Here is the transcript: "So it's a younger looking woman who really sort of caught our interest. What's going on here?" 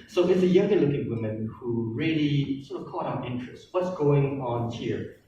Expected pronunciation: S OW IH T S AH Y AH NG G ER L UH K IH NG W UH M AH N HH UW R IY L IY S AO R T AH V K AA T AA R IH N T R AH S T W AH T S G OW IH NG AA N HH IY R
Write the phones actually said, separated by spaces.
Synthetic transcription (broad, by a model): S OW IH T S AH Y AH NG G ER L UH K IH NG W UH M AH N HH UW R IY L IY S AO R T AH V K AA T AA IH N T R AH S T W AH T S G OW IH NG AA N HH IY R